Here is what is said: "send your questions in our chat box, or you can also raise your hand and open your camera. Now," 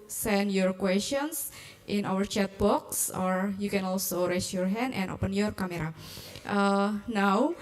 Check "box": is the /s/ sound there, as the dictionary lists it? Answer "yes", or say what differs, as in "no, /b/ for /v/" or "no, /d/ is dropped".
yes